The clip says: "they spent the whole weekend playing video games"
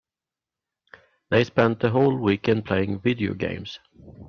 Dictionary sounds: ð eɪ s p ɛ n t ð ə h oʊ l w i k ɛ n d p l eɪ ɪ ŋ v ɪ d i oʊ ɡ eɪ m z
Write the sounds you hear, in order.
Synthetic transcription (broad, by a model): ð eɪ s p ɛ n t ð ə h oʊ l w i k ɛ n d p l eɪ ɪ ŋ v ɪ d i oʊ ɡ eɪ m s